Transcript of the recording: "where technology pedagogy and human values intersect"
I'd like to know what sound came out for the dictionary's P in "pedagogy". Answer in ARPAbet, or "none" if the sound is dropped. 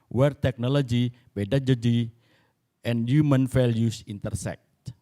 B